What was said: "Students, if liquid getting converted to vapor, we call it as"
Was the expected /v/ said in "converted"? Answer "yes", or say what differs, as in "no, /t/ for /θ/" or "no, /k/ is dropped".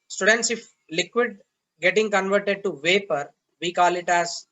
yes